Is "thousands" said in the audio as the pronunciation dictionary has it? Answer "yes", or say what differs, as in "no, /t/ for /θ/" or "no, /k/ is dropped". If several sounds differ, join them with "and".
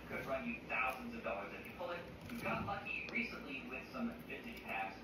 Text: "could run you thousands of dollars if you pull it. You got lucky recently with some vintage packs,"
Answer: yes